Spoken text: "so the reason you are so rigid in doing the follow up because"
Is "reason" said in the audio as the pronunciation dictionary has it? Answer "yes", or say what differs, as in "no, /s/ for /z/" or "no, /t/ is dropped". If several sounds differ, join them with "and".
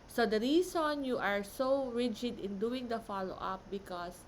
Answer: no, /s/ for /z/